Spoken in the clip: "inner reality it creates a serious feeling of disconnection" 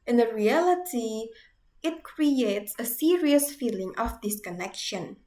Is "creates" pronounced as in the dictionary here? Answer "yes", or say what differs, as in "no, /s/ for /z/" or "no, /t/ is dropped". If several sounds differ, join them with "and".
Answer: yes